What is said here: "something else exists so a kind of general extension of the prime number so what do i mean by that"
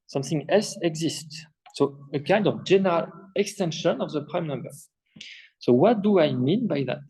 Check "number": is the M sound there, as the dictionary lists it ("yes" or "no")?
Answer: yes